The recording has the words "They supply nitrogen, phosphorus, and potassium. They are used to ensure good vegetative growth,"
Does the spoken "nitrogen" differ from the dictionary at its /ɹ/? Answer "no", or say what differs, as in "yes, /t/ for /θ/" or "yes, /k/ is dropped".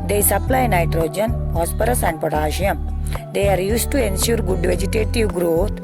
no